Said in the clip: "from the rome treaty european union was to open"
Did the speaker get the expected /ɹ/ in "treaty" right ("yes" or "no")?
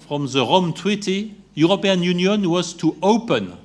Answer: no